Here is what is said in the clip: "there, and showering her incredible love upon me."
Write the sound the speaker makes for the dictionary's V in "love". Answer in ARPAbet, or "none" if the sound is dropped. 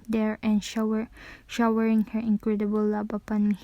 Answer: B